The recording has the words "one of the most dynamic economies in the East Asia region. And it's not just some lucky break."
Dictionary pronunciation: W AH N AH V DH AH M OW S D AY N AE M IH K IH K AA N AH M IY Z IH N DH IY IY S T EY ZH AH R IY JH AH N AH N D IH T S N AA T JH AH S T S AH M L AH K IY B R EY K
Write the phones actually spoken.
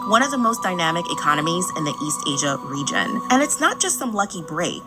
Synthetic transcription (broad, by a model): W AH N AH V DH AH M OW S D AY N AE M IH K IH K AA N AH M IY Z IH N DH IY IY S T EY ZH AH R IY JH AH N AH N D IH T S N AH T JH AH S T S AH M L AH K IY B R EY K